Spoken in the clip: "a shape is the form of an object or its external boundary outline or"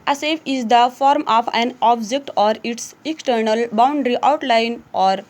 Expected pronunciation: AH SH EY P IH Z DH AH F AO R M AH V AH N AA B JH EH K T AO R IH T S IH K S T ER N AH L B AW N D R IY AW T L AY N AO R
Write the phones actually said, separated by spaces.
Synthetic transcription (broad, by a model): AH S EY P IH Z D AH F AO R M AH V AH N AA B JH EH K T AO R IH T S IH K S T ER N AH L B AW N D R IY AW T L AY N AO R